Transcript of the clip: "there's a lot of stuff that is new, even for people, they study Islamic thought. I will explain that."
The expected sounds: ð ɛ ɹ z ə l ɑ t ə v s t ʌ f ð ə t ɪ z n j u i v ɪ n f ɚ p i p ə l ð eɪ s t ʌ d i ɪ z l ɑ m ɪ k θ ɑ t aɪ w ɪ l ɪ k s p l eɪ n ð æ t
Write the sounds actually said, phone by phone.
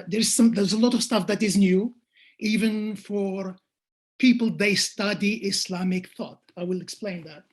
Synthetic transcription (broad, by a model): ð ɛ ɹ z ə l ɑ t ə v s t ʌ f ð ə t ɪ z n j u i v ɪ n f ɚ p i p ə l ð eɪ s t ʌ d i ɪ s l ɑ m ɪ k θ ɑ t aɪ w ɪ l ɪ k s p l eɪ n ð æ t